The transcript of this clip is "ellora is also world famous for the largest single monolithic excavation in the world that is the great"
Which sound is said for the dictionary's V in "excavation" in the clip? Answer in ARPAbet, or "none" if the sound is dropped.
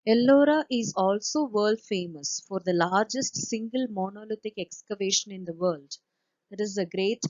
V